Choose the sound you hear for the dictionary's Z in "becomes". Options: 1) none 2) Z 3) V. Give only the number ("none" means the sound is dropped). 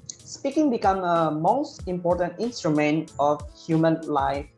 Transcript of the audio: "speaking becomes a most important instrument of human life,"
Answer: 1